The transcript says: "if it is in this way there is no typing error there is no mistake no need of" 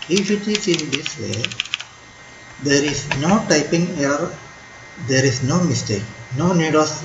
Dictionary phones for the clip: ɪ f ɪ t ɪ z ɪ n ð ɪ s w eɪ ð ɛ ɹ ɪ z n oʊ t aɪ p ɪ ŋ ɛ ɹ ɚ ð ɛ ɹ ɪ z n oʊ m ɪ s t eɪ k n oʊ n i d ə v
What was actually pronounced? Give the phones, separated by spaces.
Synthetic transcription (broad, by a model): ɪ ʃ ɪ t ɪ s ɪ n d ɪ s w eɪ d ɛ ɹ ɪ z n oʊ t aɪ p ɪ ŋ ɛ ɚ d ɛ ɹ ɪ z n oʊ m ɪ s t eɪ k n oʊ n i d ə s